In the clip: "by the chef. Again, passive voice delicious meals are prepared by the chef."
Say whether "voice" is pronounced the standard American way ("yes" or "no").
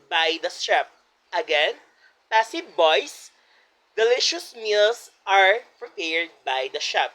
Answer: no